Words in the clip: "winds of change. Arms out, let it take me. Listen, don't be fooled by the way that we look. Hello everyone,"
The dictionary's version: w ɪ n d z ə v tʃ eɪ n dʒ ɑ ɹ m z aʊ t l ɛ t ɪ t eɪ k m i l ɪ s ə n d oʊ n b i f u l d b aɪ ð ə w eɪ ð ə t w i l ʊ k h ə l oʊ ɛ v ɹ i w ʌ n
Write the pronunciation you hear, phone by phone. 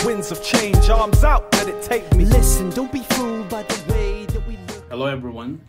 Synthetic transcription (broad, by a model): w ɪ n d z ə v tʃ eɪ n dʒ ɑ ɹ m z aʊ t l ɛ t ɪ t eɪ k m i l ɪ s ə n d oʊ n b i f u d b aɪ ð ə w eɪ ð ə t w i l h ə l oʊ ɛ v ɹ i w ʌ n